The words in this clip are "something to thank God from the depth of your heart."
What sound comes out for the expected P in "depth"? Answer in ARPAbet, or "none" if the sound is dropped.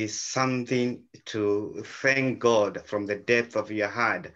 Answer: P